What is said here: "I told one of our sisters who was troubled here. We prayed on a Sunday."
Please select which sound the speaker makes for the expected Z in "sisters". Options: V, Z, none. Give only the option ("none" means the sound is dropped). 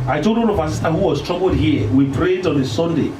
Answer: none